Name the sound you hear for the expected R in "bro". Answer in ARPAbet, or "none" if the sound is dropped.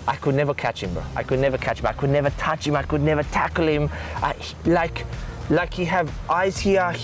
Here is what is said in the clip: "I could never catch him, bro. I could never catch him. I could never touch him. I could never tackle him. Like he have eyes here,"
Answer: none